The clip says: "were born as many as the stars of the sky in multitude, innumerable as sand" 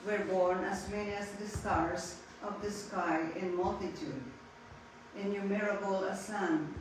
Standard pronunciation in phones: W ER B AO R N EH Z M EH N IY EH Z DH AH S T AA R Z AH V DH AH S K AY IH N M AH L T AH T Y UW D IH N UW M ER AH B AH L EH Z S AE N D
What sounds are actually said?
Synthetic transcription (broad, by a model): W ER B AO R N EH S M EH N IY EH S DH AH S T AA R S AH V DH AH S K AY IH N M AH L T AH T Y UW D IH N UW M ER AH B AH L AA S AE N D